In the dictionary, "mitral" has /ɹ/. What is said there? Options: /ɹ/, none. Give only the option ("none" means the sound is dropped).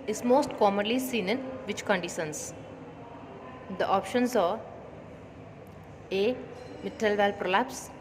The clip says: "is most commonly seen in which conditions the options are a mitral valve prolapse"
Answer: none